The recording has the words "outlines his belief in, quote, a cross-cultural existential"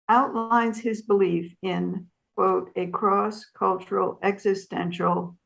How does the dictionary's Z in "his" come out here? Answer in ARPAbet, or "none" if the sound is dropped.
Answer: Z